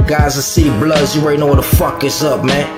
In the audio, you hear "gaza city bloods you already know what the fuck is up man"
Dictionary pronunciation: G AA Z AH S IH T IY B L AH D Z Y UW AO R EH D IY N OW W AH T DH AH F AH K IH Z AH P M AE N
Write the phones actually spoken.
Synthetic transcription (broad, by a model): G AA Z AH S IH T IY B L AH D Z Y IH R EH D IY N OW W AH T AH F AH K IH S AH P M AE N